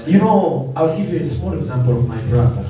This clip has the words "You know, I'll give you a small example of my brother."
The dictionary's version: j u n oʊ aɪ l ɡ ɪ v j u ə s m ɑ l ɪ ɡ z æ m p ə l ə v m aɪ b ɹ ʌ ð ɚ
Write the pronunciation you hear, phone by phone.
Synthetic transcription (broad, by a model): j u n oʊ aɪ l ɡ ɪ v j u ə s m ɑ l ɪ ɡ z æ m p ə l ə v m aɪ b ɹ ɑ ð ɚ